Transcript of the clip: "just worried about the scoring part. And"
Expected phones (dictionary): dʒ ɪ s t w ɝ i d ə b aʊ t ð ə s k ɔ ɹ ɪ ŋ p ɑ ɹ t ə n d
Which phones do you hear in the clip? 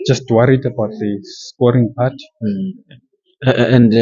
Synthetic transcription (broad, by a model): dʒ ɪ s t w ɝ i d ə b aʊ t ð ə s k ɔ ɹ ɪ ŋ p ɑ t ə n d